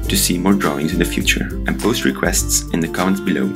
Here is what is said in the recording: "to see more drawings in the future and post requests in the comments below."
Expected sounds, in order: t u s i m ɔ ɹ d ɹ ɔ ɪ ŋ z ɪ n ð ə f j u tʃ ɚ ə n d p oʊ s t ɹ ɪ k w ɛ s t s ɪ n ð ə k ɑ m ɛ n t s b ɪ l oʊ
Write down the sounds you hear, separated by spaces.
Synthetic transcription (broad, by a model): t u s i m ɔ ɹ d ɹ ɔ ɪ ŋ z ɪ n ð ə f j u tʃ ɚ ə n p oʊ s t ɹ ɪ k w ɛ s t s ɪ n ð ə k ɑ ɛ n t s b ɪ l oʊ